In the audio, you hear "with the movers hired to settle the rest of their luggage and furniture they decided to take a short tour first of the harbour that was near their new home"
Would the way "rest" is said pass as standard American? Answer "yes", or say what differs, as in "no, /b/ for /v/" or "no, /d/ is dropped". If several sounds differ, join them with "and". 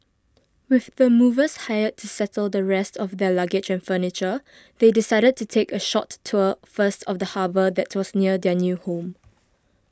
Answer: yes